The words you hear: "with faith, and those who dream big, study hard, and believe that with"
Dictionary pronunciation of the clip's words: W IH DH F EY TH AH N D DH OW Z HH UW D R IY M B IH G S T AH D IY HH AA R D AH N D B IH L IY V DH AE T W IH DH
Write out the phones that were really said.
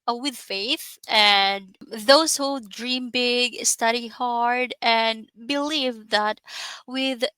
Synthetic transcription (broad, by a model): W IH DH F EY TH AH N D DH OW Z HH UW D R IY M B IH G S T AH D IY HH AA R D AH N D B IH L IY V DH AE T W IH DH